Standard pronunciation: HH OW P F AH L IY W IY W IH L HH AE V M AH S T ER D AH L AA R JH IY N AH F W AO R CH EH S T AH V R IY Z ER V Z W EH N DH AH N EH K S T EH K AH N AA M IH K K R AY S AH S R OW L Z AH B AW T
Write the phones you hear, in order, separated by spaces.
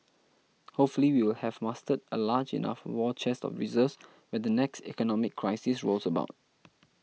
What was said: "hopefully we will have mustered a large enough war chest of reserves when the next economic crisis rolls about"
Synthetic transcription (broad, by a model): HH OW P F AH L IY W IY W IH L HH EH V M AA S T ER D AH L AA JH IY N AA F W AO CH EH S T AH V R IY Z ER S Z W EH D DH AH N EH K S T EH K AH N AA M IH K K R AY S AH S R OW L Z AH B AW T